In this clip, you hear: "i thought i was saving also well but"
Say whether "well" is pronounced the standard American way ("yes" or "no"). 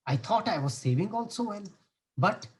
no